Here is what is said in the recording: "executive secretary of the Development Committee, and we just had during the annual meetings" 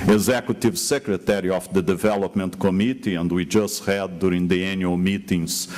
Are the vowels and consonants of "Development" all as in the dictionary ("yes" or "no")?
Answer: yes